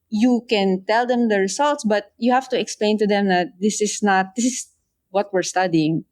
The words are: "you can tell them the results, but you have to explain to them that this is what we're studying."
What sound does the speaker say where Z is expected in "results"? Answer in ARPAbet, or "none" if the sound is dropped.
S